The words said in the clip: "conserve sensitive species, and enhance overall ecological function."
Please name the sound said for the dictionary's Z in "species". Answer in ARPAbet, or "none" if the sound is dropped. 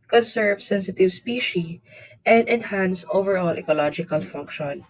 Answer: none